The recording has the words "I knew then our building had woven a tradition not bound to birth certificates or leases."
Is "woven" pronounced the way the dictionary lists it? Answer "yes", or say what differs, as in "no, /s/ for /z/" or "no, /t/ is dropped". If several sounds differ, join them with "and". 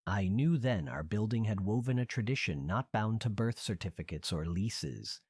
yes